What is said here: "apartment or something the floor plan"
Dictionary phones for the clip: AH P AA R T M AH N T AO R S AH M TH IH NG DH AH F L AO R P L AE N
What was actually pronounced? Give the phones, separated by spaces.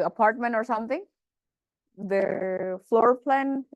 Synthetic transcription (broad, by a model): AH P AA R T M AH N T AO R S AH M T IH NG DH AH F L AO R P L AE N